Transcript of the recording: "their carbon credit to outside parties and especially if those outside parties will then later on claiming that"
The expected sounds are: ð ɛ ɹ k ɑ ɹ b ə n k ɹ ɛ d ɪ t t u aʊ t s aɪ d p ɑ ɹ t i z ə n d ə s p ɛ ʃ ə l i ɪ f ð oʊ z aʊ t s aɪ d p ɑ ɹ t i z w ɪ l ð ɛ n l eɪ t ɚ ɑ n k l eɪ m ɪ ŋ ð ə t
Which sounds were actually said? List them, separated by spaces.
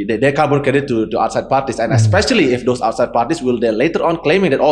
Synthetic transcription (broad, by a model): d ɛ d k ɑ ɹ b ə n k ɛ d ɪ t t u aʊ t s aɪ d p ɑ ɹ t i s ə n ə s p ɛ ʃ ə l i ɪ f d oʊ s aʊ t s aɪ d p ɑ ɹ t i s w ɪ l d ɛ l eɪ t ɚ ɑ n k l eɪ m ɪ ŋ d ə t